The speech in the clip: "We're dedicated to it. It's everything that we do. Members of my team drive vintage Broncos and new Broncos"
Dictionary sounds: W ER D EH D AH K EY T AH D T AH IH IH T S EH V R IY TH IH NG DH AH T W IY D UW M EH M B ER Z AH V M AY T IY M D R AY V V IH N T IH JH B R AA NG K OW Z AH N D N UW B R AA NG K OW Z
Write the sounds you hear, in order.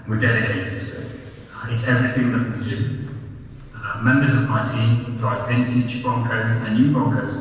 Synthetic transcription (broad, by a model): W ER D EH D AH K EY T AH D T AH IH IH T S EH V R IY TH IH NG DH AH T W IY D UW M EH M B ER Z AH V M AY T IY M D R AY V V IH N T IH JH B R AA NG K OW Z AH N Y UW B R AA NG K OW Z